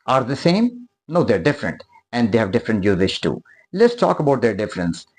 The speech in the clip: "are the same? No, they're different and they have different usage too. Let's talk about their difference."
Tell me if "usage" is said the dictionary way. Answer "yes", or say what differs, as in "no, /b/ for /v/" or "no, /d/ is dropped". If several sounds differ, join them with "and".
no, /ʃ/ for /dʒ/